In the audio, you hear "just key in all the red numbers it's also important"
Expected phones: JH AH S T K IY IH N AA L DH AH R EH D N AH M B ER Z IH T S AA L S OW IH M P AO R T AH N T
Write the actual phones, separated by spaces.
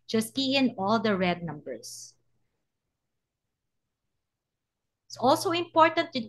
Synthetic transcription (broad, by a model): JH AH S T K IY IH N AA L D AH R EH D N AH M B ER S IH T S AA L S OW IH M P AO R T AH N T